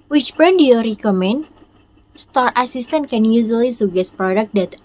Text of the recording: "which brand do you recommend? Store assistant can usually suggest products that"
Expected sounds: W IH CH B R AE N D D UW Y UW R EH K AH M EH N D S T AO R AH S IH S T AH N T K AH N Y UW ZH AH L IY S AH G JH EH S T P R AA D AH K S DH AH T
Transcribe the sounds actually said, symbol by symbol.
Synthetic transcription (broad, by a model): W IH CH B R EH N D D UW Y UW R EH K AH M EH N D S T AO R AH S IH S T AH N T K AH N Y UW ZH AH L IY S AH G EH S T P R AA D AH K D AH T